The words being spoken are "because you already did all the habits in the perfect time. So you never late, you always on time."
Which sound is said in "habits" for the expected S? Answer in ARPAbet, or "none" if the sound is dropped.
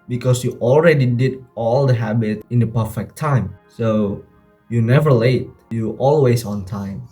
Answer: none